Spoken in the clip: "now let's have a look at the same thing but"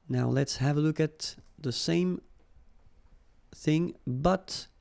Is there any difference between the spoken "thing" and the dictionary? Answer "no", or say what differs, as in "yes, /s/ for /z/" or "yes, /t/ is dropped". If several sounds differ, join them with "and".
no